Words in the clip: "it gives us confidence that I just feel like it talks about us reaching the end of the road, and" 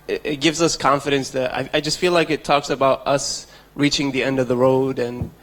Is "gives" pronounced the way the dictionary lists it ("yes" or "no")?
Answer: yes